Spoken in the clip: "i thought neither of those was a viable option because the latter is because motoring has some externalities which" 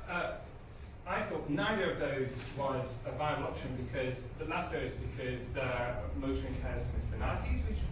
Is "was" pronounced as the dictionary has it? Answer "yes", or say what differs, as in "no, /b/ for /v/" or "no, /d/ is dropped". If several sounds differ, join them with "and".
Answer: yes